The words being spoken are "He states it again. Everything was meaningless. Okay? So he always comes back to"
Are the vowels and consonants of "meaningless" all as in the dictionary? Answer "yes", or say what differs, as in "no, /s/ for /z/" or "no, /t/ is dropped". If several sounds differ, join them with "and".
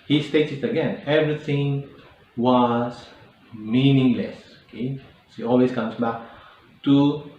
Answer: yes